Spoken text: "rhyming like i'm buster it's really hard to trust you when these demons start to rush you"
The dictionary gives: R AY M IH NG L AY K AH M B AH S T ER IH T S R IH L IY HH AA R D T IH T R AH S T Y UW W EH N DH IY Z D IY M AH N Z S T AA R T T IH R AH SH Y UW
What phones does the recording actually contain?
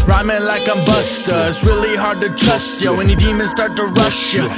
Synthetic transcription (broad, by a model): R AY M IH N L AY K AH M B AH S T ER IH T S R IH L IY HH AA R D T IH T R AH S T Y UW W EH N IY D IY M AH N S T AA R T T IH R AH SH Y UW